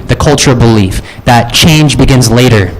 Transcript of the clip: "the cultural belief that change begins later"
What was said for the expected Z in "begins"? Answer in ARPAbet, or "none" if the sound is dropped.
Z